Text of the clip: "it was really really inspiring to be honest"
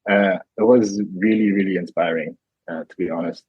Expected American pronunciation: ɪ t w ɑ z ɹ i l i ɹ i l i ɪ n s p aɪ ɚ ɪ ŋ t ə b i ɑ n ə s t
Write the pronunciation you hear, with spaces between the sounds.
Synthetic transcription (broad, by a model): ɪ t w ɑ z ɹ i l i ɹ i l i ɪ n s p aɪ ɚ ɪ ŋ t ə b i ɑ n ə s t